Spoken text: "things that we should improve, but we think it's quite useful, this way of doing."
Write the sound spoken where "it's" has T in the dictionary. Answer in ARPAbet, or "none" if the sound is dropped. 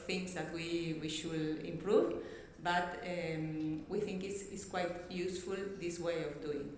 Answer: S